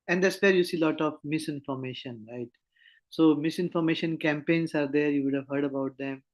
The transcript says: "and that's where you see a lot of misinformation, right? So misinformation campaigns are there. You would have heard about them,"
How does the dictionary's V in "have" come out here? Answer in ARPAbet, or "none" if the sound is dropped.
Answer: V